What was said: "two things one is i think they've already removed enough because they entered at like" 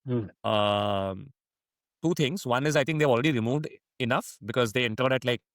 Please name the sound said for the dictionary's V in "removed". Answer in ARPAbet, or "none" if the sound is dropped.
V